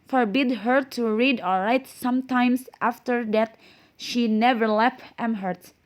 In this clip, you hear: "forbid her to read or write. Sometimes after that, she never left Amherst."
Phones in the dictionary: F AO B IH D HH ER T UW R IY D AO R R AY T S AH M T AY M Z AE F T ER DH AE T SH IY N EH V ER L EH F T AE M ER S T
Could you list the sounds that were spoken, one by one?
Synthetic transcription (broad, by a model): F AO B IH D HH ER T UW R IY D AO L R AY T S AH M T AY M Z AE F T ER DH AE T SH IY N EH V ER L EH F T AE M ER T